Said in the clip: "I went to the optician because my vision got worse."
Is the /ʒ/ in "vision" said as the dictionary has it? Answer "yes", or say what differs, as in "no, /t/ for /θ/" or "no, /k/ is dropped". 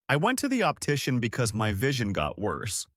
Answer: yes